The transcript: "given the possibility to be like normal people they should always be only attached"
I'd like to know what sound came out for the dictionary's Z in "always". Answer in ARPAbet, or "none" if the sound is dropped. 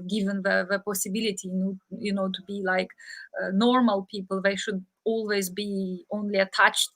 Z